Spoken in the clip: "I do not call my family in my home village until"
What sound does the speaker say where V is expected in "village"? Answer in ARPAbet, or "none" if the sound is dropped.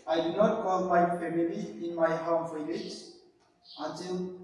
F